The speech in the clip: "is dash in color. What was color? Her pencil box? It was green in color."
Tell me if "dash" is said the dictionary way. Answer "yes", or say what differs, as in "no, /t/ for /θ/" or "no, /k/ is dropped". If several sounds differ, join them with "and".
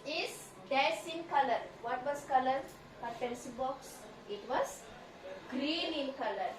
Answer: no, /s/ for /ʃ/